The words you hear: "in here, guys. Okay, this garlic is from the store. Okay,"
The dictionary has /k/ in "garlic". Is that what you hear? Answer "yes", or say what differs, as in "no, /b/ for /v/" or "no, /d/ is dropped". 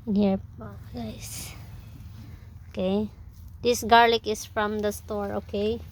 yes